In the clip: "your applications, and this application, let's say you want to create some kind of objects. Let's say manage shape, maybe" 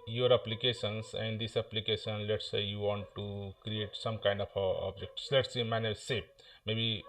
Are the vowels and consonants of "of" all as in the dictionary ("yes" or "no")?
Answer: no